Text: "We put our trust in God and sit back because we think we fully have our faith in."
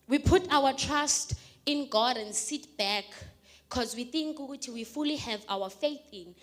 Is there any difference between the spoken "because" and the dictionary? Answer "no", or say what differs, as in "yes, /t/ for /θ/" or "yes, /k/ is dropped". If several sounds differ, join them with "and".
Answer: no